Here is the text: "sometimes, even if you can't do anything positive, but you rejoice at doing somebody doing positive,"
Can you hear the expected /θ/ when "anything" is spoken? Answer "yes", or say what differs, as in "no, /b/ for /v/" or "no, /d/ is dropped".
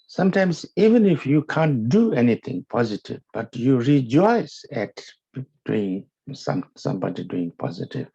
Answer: no, /t/ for /θ/